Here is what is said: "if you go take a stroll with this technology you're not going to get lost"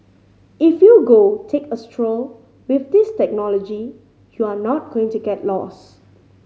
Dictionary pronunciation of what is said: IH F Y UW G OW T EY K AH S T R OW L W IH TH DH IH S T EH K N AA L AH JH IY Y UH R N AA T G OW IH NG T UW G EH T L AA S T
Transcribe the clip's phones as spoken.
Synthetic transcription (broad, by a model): IH F Y UW G OW T EY K AH S T R OW L W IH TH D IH S T EH K N AA L AH JH IY Y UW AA N AA T G OW IH NG T UW G EH T L AA S